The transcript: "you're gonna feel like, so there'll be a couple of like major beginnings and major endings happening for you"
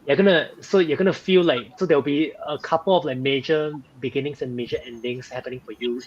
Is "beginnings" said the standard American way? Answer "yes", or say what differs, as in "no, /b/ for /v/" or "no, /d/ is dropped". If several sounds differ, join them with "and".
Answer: no, /s/ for /z/